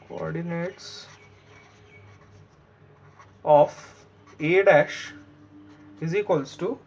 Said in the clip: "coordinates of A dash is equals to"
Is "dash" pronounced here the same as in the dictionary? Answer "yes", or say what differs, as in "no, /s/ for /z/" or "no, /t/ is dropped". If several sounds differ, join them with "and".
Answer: yes